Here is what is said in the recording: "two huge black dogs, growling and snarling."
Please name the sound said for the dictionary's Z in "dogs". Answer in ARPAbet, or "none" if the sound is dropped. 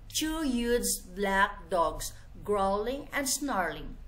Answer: S